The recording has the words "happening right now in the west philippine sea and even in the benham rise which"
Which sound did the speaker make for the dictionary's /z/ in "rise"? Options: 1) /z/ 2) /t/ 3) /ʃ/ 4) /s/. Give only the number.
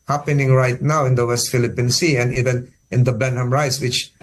4